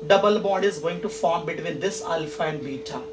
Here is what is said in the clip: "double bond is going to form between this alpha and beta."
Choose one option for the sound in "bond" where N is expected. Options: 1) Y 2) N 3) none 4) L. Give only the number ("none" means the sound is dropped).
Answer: 3